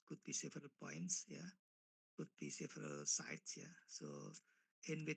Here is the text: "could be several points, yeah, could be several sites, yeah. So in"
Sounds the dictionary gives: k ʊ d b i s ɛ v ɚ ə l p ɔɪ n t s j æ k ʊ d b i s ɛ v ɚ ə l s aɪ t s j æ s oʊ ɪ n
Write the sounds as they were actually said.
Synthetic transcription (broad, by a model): k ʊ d b i s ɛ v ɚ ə l p ɔɪ n t s j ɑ k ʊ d b i s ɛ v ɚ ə l s aɪ t s j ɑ s oʊ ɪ n